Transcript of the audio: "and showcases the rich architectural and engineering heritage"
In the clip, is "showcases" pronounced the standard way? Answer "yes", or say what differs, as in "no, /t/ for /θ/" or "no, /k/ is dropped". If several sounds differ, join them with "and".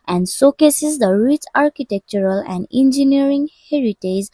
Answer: no, /s/ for /ʃ/